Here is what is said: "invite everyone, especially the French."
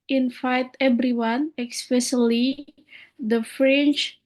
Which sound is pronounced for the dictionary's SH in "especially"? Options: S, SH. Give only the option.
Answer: S